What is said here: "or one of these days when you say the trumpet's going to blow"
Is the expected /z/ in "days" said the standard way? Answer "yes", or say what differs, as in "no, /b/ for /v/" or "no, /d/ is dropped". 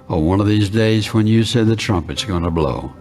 yes